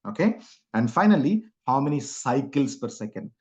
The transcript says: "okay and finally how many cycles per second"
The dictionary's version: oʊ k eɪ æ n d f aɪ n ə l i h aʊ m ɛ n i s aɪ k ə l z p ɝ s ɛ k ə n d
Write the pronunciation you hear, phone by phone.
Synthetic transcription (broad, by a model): oʊ k eɪ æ n d f aɪ n ə l i h aʊ m ɛ n i s aɪ k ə l s p ɝ s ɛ k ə n d